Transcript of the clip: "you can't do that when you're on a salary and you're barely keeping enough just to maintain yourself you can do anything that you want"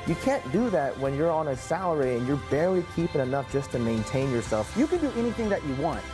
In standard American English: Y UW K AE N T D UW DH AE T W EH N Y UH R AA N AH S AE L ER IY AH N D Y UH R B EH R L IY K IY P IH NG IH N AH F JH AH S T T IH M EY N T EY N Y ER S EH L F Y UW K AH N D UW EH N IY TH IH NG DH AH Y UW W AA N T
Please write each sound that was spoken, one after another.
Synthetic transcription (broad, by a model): Y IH K AE N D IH DH AE T W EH N Y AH R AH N AH S AE L ER IY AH N Y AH R B EH R L IY K IY P IH NG IH N AH F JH AH S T T IH M EY N T EY N Y ER S EH L F Y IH K AH N D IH EH N IY TH IH NG DH AH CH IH W AA N T